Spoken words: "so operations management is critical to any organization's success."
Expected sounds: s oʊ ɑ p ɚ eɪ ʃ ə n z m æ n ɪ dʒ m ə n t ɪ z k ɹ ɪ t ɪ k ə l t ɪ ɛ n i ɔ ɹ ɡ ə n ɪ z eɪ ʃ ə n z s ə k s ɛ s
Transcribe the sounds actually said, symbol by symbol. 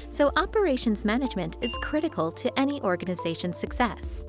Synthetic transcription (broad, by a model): s oʊ ɑ p ɚ eɪ ʃ ə n z m æ n ɪ dʒ m ə n t ɪ z k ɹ ɪ t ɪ k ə l t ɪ ɛ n i ɔ ɹ ɡ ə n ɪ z eɪ ʃ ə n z s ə k s ɛ s